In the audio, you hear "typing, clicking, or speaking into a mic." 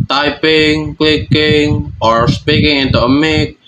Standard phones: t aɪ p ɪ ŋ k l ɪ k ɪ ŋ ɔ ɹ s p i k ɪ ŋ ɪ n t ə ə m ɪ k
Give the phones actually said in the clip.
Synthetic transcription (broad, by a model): t aɪ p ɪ ŋ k l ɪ k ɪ ŋ ɔ ɹ s p i k ɪ ŋ ɪ n t ə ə m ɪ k